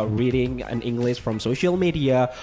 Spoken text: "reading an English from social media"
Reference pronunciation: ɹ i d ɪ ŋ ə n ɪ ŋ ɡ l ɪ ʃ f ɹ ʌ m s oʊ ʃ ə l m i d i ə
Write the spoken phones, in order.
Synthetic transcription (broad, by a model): ɹ i d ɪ ŋ ə n ɪ ŋ ɡ l ɪ ʃ f ɹ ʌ m s oʊ ʃ ə l m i d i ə